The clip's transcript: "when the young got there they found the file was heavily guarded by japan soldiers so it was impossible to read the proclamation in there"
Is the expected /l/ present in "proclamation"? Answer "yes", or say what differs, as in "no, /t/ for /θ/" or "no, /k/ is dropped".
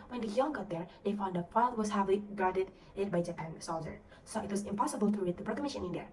no, /l/ is dropped